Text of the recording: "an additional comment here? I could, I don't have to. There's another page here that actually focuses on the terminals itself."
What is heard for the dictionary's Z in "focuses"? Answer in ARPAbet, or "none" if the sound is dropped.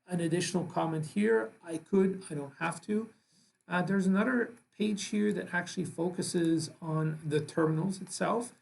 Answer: Z